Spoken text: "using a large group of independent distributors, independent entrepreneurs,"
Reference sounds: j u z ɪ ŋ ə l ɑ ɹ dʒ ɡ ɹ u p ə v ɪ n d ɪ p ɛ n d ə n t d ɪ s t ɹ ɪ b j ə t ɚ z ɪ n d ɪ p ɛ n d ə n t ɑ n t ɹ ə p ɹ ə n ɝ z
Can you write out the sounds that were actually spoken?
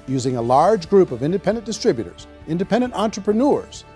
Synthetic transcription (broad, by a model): j u z ɪ ŋ ə l ɑ ɹ dʒ ɡ ɹ u p ə v ɪ n d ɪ p ɛ n d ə n d ɪ s t ɹ ɪ b j ə t ɚ z ɪ n d ɪ p ɛ n d ə n t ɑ n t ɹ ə p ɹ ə n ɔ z